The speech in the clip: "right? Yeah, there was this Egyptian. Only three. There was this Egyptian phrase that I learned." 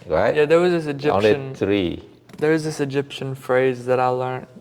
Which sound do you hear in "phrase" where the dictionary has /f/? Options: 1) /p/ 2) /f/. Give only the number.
2